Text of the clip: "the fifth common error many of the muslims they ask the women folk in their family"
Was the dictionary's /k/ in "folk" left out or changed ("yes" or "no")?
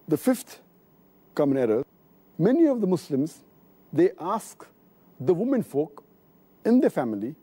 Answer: no